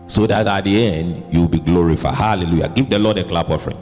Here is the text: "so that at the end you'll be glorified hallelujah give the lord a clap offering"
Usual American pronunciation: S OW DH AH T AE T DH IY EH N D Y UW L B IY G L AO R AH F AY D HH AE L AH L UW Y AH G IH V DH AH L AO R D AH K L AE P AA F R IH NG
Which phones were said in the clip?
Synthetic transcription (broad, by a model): S OW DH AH T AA T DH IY EH N D Y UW W B IY G L AO R AH F AY D HH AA L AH L UW Y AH G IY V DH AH L AO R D AH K L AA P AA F R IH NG